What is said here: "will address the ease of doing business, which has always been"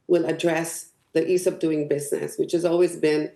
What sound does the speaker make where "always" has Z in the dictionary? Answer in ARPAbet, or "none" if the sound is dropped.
Z